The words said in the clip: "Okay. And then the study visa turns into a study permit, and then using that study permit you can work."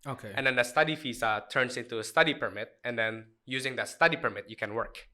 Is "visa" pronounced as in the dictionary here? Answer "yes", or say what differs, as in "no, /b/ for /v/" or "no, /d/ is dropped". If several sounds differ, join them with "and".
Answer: no, /f/ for /v/